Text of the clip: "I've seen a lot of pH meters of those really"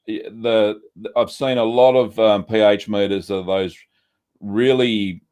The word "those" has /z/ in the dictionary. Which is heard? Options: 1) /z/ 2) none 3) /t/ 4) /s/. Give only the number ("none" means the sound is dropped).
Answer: 1